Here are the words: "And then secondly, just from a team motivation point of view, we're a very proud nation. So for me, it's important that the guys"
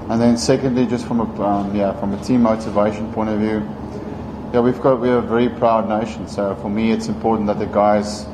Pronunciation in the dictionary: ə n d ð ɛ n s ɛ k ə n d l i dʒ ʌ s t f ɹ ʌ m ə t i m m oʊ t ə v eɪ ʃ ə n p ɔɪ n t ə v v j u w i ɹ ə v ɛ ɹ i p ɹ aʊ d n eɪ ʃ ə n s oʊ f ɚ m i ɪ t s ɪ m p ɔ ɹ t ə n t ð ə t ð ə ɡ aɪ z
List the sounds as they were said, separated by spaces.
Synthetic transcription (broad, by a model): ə n ð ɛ n s ɛ k ə n d l i dʒ ʌ s t f ɹ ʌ m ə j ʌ m m oʊ t ə v eɪ ʃ ə n p ɔɪ n t ə v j j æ w i w ə v ɛ ɹ i p ɹ aʊ d n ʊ ʃ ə n s oʊ f ɚ m i ɪ t s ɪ m p ɔ ɹ t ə n ð ə t ð ə ɡ aɪ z